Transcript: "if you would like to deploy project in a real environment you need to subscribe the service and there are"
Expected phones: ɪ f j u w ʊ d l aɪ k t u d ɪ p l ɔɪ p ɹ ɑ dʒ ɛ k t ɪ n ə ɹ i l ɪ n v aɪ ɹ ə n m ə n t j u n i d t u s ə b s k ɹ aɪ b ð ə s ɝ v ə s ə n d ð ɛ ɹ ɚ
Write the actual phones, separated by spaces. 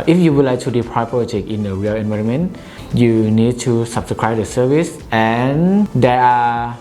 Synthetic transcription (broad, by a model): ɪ f j u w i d l aɪ k t u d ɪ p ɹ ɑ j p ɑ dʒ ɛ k ɪ n ə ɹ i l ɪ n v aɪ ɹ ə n m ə n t j u n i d t u s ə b s k ɹ aɪ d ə s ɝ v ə s ə n d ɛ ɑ